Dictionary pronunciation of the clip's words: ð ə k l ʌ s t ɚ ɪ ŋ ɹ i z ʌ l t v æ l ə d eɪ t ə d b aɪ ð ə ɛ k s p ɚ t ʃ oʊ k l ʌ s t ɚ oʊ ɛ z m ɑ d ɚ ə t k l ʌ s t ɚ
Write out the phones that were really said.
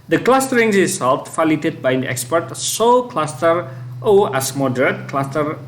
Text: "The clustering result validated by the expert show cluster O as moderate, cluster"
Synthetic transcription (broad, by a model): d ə k l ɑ s t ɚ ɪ ŋ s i s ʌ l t f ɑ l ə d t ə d b aɪ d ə ɛ k s p ɚ t s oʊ k l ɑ s t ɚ oʊ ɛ s m ɑ d ɚ ə t k l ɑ s t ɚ